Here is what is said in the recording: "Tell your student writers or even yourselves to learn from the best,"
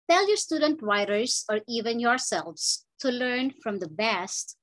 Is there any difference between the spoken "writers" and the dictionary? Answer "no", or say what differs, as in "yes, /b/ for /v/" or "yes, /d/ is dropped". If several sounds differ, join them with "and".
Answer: yes, /w/ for /ɹ/